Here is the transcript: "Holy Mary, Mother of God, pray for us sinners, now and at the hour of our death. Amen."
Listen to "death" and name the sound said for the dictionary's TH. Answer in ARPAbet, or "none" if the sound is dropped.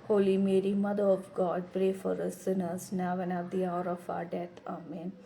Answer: T